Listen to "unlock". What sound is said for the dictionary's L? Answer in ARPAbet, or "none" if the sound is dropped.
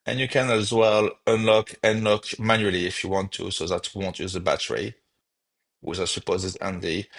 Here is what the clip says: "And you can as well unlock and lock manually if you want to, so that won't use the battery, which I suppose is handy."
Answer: L